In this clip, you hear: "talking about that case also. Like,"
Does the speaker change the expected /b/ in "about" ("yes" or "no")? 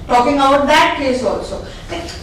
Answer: yes